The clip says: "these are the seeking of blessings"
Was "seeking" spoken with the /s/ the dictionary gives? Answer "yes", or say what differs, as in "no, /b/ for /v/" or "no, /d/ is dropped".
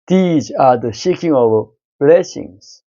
no, /ʃ/ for /s/